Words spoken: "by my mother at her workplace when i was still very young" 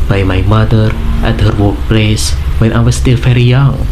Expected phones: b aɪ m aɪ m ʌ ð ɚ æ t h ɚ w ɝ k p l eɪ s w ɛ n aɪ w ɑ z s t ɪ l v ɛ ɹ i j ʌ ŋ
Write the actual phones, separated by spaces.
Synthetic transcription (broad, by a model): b aɪ m aɪ m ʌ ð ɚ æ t h ɚ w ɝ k p l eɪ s w ɛ n aɪ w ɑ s t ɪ l f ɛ ɹ i j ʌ ŋ